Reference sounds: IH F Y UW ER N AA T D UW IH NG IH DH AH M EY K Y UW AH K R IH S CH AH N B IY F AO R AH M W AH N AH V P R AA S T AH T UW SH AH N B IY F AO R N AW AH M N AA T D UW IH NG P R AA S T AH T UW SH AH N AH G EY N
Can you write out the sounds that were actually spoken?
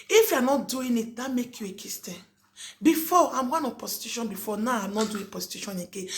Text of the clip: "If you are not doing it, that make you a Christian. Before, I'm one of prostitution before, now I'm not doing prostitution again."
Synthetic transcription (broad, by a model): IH F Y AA N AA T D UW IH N IH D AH M EY K Y UW AH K IH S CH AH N B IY F AO AH M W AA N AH P AA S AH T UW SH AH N B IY F AO N AW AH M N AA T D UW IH P AA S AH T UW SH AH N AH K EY